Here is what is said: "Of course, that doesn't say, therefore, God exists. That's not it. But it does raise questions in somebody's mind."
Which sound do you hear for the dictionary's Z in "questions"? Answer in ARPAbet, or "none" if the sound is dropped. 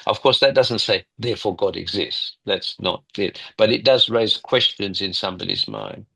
Z